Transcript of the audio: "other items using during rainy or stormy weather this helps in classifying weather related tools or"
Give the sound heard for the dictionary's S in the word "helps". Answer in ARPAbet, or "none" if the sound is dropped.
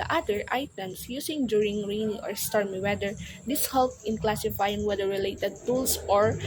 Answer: none